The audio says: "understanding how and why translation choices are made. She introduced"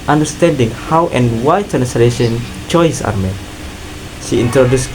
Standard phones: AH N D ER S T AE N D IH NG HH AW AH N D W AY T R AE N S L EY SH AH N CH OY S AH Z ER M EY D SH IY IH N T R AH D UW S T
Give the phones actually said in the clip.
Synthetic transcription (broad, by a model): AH N D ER S T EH N D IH NG HH AW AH N W AY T AE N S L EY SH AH N CH OY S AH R M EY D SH IY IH N T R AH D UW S